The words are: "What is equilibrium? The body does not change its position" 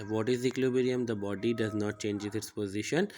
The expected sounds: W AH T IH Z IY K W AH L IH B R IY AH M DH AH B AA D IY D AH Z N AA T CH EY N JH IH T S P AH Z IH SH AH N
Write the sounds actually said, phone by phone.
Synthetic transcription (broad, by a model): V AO T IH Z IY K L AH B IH R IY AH M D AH B AA D IY D AH Z N AA T CH EY N JH IH T S P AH Z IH SH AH N